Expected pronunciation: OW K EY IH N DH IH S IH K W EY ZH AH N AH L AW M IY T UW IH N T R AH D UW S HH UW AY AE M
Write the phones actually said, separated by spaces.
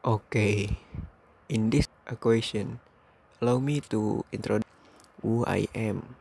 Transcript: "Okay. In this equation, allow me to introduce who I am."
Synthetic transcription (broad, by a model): OW K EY IH N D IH S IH K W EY S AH N AH L AW M IY T UW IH N T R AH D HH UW AY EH M